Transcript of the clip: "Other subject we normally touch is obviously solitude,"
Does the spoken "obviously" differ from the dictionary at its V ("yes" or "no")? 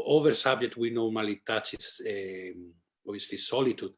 yes